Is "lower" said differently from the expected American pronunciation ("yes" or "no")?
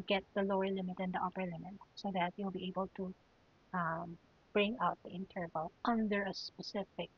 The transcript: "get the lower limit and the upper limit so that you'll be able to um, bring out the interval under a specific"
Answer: no